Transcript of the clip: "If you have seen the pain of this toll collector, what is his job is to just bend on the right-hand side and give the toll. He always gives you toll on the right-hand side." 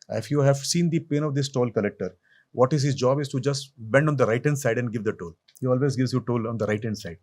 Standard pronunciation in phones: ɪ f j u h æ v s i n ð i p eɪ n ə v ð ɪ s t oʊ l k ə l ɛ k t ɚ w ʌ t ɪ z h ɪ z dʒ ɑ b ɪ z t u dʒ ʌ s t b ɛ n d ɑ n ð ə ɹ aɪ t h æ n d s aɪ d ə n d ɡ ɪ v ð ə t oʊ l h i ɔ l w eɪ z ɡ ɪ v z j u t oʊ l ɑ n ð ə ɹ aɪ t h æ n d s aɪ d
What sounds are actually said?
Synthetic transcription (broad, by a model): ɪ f j u h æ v s i n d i p eɪ n ə v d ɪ s t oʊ l k ə l ɛ k t ɚ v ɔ t ɪ z h ɪ z dʒ ɑ b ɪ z t u dʒ ʌ s t b ɛ n d ɑ n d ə ɹ aɪ t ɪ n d s aɪ d ə n d ɡ ɪ v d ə t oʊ l h i ɔ l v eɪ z ɡ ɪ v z j u t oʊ l ɑ n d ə ɹ aɪ t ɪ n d s aɪ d